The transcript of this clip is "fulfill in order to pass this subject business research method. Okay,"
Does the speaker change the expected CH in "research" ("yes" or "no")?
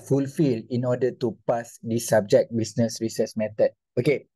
yes